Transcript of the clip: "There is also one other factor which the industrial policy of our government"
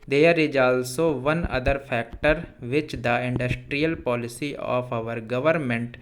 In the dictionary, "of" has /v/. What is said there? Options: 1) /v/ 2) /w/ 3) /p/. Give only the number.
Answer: 3